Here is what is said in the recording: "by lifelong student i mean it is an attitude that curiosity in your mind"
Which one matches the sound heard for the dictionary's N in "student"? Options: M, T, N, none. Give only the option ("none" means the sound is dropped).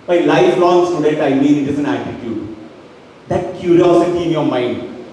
none